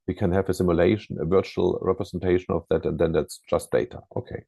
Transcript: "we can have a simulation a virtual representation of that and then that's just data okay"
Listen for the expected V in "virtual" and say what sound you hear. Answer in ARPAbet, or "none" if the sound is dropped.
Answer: V